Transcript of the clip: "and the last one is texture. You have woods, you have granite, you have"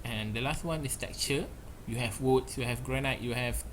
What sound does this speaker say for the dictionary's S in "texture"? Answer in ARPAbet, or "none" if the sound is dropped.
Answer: none